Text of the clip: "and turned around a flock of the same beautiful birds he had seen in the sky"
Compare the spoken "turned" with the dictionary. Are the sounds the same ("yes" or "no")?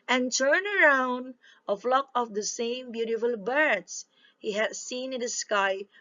no